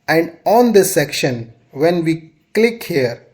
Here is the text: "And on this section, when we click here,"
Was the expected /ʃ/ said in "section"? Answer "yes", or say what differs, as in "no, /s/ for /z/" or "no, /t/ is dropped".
yes